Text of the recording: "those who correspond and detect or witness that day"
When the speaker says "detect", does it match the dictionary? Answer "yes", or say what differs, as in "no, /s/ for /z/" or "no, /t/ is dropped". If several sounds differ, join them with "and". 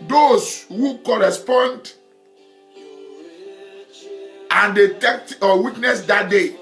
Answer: yes